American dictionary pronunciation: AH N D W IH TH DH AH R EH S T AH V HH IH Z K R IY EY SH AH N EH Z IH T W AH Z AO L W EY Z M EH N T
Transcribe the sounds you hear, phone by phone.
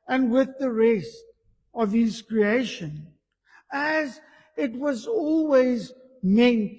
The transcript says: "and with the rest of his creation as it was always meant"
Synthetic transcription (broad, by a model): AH N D W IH DH AH R EH S T AH V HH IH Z K R IY EY SH AH N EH Z IH T W AH Z AO L W EY Z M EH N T